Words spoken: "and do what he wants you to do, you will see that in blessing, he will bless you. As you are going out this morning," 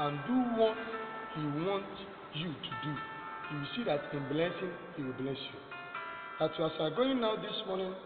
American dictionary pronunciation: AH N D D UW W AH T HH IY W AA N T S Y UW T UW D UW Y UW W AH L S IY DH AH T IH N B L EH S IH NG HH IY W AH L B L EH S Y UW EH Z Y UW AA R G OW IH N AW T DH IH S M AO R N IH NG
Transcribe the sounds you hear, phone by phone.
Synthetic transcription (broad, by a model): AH N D D UW W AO T HH IY W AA N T Y UW T UW D UW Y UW W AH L S IY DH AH T IH N B L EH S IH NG HH IY W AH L B L EH S Y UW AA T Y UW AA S G OW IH N AW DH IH S M AO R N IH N